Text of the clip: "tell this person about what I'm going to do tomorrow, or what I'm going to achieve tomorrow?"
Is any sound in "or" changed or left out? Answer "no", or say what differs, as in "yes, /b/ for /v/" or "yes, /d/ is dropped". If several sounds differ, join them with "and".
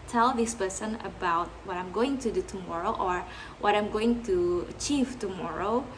no